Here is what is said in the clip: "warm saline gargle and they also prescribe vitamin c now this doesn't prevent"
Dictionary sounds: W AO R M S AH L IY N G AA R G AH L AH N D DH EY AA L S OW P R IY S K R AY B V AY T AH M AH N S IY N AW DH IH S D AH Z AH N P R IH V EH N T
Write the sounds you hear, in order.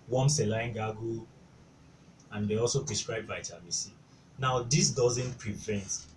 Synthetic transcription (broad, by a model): W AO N S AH L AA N G AA G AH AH N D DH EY AA L S OW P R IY S K R AY B B AY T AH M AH S IY N AW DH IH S D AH Z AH N P R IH V EH N T